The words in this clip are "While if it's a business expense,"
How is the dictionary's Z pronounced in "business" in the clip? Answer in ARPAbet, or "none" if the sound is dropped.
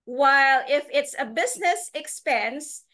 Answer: Z